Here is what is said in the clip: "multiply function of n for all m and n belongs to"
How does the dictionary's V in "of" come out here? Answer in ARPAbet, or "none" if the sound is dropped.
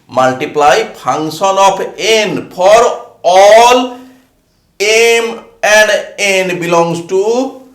P